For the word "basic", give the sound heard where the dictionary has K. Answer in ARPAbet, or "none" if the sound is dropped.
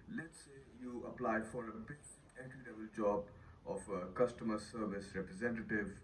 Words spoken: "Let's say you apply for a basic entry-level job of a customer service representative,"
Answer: none